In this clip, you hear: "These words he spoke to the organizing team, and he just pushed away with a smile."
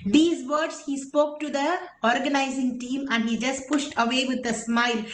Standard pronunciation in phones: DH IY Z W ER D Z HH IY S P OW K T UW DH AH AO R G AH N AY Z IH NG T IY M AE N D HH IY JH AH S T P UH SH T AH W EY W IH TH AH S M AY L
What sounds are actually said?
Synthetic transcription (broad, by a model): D IY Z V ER D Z HH IY S P OW K T UW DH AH AO R G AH N AY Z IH NG T IY M AE N D HH IY JH AH S T P UH SH T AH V EY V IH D AH S M AY L